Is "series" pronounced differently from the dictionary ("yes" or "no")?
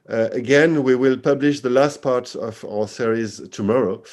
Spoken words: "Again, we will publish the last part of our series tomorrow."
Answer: no